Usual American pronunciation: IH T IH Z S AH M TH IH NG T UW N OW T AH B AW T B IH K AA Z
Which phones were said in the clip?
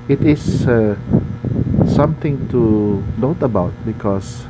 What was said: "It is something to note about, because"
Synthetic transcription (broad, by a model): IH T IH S S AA M T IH NG T UW N OW T AH B AW T B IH K AA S